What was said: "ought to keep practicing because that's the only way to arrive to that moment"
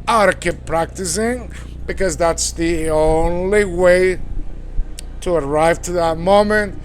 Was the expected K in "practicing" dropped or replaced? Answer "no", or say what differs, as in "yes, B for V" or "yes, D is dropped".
no